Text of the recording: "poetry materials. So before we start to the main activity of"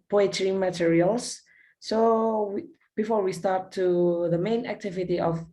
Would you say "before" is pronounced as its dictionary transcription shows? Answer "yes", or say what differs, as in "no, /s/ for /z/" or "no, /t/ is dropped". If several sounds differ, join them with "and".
yes